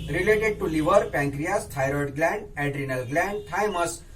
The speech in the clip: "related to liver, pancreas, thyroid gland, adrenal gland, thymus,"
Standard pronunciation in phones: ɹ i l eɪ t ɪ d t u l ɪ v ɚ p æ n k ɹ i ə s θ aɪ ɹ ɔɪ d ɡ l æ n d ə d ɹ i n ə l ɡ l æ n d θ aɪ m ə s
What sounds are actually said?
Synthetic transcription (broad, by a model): ɹ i l eɪ t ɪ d t u l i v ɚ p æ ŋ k ɹ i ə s t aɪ ɹ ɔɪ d ɡ l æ n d ə d ɹ i n ə l ɡ l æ n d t aɪ m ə s